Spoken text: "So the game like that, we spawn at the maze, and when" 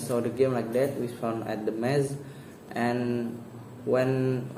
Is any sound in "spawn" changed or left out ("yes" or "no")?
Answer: yes